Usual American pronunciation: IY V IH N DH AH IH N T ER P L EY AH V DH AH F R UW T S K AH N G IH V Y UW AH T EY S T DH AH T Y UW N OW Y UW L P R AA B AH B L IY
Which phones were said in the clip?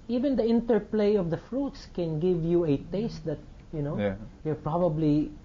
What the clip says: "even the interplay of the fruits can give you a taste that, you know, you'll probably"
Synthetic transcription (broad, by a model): IY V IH N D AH IH N T ER P L EY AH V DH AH F R UW T S K AH N G IH V Y UW AH T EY S T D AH T Y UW N OW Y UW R P R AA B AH B L IY